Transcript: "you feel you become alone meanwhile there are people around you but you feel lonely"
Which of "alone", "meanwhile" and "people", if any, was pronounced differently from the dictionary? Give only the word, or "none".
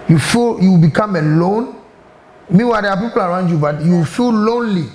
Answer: meanwhile